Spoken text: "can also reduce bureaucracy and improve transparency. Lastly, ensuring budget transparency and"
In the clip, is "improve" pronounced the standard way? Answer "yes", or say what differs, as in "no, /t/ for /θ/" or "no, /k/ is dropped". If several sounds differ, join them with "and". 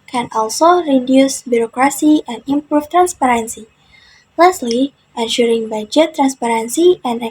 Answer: no, /f/ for /v/